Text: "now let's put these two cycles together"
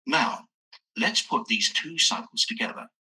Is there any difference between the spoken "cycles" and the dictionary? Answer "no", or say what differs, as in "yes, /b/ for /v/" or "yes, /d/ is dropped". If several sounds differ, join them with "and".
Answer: no